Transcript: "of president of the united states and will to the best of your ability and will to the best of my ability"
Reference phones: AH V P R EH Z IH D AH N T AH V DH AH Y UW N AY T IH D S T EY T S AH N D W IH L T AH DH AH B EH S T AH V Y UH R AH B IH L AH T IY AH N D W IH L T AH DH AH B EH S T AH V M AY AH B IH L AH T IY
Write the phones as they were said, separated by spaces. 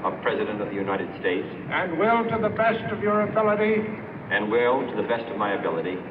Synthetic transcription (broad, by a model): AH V P R EH Z IH D AH N T AH V DH AH Y UW N AY T IH D S T EY T S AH N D W IH L T AH DH AH B EH S T AH V Y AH R AH B IH L AH T IY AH N W IH L T AH DH AH B EH S T AH V M AY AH B IH L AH T IY